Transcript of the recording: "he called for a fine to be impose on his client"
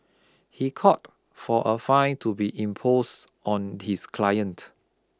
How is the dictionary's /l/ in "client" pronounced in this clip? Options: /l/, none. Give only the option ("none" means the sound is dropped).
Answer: /l/